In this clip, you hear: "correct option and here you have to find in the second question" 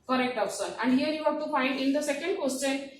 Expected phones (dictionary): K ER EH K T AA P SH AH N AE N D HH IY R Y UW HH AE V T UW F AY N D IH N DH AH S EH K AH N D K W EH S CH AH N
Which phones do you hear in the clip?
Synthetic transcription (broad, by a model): K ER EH K T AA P S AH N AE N D HH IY R Y UW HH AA T UW F AY N D IH N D AH S EH K AH N D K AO S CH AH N